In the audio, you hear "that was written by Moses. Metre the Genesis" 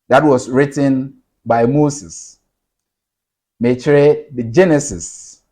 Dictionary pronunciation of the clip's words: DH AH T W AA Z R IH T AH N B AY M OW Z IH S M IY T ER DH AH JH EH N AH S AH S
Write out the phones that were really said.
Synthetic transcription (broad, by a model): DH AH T W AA S R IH T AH N B AY M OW S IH S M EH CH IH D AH JH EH N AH S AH S